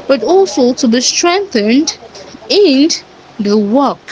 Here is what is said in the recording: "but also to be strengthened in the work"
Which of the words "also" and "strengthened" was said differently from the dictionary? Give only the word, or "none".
none